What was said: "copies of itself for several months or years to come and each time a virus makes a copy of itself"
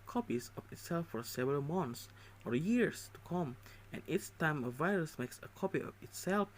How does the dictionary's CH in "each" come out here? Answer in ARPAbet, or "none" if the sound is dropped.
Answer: S